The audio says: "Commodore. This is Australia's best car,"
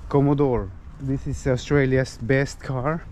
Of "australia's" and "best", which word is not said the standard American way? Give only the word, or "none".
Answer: australia's